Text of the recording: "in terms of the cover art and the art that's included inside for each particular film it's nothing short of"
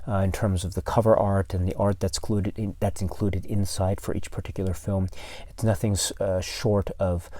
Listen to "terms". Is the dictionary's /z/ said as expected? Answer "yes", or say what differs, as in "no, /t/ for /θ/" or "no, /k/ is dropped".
yes